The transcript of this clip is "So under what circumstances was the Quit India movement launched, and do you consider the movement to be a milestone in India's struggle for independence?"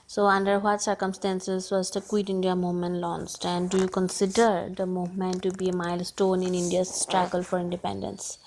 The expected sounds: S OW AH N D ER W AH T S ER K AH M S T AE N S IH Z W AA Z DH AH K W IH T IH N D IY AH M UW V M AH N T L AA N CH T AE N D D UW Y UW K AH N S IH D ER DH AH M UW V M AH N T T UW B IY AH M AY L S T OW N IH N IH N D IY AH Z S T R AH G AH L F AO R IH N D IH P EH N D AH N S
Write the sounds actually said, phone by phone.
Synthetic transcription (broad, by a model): S OW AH N D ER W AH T S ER K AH M S T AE N S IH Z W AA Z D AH K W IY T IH N D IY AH M UW V M AH N T L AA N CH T AE N D D UW Y UW K AH N S IH D ER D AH M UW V M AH N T T UW B IY AH M AY L S T OW N IH N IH N D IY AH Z S T R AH G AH L F AO R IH N D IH P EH N D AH N S